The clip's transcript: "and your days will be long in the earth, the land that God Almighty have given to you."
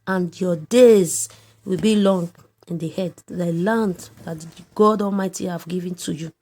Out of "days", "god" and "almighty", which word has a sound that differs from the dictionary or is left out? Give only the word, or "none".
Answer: none